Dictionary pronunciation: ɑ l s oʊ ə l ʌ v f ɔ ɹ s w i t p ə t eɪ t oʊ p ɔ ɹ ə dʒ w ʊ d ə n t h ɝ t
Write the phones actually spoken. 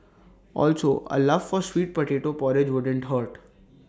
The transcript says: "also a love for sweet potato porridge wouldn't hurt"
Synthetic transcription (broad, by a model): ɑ l s oʊ ə l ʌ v f ɔ ɹ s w i t p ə t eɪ t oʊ p ɔ ɹ ə dʒ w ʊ d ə n t h ɝ t